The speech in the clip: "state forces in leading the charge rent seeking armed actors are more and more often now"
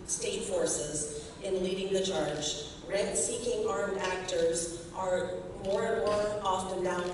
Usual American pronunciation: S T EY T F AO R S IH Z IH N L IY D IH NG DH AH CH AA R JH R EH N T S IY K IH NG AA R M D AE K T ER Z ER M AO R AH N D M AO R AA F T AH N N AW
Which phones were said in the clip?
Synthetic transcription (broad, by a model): S T EY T F AO R S IH Z IH N L IY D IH NG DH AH CH AA R JH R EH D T S IY K IH NG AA R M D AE K T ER Z ER M AO R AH N M AO R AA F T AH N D AW